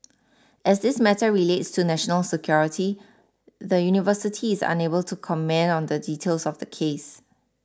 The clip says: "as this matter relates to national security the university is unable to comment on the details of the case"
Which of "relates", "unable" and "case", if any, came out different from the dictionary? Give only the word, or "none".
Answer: none